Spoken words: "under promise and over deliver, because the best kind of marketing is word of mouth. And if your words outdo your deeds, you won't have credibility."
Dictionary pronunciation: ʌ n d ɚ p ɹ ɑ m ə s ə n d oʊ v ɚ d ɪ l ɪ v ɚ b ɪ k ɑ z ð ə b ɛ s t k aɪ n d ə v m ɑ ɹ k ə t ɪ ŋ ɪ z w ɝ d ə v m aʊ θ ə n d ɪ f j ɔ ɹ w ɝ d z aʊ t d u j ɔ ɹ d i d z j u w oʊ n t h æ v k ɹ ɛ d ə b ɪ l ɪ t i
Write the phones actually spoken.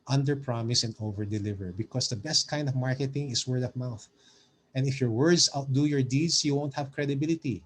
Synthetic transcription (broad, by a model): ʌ n d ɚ p ɹ ɑ m ə s ə n d oʊ v ɚ d ɪ l ɪ v ɚ b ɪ k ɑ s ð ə b ɛ s t k aɪ n d ə v m ɑ ɹ k ə t ɪ ŋ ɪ s w ɝ d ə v m aʊ θ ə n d ɪ f j ɔ ɹ w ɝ d s aʊ t d u j ɔ ɹ d i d s j u w oʊ n t h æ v k ɹ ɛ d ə b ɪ l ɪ t i